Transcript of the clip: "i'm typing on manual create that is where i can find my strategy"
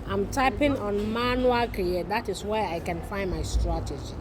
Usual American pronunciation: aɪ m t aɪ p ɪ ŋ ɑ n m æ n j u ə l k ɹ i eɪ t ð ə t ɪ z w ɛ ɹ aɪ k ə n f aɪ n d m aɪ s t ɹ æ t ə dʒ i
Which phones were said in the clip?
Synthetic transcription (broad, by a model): aɪ m t aɪ p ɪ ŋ ɑ n m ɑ n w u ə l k i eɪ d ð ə t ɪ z w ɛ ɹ aɪ k ə n f aɪ n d m aɪ s t ɹ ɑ t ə dʒ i